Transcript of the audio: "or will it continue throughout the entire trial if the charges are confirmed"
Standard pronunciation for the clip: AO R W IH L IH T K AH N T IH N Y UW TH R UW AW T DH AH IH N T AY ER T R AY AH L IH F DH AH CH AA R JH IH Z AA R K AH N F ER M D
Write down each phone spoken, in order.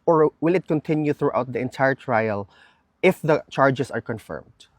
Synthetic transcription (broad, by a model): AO R W IH L IH T K AH N T IH N Y UW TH R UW AW T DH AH IH N T AY ER T R AY AH L IH F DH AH CH AA R JH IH S AA R K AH N F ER M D